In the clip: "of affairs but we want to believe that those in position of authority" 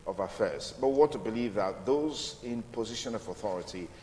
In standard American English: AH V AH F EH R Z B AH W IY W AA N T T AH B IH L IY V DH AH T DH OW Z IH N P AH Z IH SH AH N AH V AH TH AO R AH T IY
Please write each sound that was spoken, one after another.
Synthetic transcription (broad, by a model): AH V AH F EH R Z B AH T W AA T T AH B IH L IY V DH AH T DH OW Z IH N P AH Z IH SH AH N AH V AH TH AO R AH T IY